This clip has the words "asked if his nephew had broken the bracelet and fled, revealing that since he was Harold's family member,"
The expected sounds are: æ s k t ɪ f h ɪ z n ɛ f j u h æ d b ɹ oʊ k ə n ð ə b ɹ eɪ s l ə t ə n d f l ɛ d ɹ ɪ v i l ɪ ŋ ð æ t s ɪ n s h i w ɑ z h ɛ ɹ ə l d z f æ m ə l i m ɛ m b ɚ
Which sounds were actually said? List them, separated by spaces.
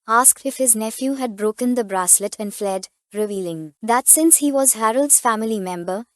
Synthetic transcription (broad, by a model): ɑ s k t ɪ f h ɪ z n ɛ f j u h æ d b ɹ oʊ k ə n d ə b ɹ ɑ s l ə t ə n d f l ɛ d ɹ ɪ v i l ɪ ŋ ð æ t s ɪ n s h i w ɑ z h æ ɹ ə l d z f æ m ə l i m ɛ m b ɚ